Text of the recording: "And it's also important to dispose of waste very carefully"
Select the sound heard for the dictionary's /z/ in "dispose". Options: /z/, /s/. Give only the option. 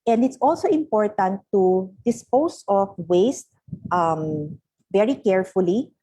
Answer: /s/